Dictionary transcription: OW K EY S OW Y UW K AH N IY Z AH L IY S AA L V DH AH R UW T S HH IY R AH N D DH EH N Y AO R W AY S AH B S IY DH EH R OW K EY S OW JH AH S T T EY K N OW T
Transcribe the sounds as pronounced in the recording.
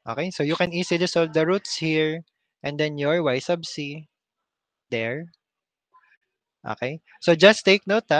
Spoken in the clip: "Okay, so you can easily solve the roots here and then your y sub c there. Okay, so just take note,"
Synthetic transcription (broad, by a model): OW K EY S OW Y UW K AH N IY S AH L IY S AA L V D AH R UW T S HH IY R AH N D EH N Y AO R W AY S AH B S IY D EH R OW K EY S OW JH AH S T T EY K N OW T